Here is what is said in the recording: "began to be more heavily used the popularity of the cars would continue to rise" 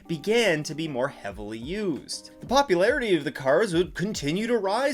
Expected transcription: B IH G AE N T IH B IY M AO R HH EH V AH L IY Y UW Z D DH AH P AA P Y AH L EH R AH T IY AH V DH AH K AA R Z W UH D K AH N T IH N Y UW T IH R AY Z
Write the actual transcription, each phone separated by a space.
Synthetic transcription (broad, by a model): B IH G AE N T IH B IY M AO R HH EH V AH L IY Y UW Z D DH AH P AA P Y AH L EH R AH T IY AH V DH AH K AA R Z W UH D K AH N T IH N Y UW T IH R AY